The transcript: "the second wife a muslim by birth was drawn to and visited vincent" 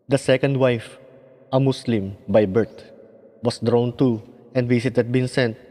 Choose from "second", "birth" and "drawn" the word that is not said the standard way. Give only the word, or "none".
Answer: birth